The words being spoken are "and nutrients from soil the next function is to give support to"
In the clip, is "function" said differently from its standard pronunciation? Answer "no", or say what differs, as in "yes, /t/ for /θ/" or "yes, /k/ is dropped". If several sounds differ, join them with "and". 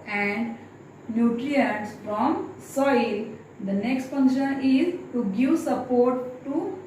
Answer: yes, /p/ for /f/